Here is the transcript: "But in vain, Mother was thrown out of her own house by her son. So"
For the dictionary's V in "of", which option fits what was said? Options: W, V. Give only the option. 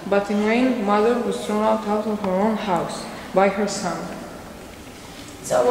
W